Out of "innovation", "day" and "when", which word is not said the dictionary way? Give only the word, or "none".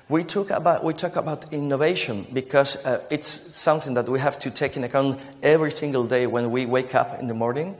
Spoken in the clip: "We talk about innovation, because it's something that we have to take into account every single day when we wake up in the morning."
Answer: none